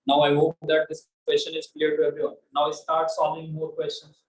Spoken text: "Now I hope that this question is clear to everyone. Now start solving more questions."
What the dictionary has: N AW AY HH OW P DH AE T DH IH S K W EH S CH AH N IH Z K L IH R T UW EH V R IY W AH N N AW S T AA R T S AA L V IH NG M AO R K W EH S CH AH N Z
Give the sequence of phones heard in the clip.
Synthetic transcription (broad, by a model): N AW AY HH OW P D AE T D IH S K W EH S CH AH N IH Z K L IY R T UW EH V R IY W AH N N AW S T AA R T S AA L IH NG M AO R K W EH S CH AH N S